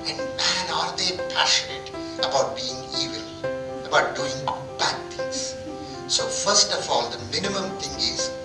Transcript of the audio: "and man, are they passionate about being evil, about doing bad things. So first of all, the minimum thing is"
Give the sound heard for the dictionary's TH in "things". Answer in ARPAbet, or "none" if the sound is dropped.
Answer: T